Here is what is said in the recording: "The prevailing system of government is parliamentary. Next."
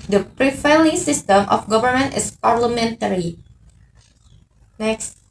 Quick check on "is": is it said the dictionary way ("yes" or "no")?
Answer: no